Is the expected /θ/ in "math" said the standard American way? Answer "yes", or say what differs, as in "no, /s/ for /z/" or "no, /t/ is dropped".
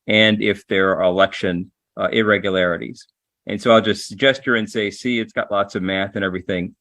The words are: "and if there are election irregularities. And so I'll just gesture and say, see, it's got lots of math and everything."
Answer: yes